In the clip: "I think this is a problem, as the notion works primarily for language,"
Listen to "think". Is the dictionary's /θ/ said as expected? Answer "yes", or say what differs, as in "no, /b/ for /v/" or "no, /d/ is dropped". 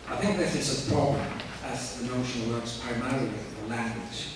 yes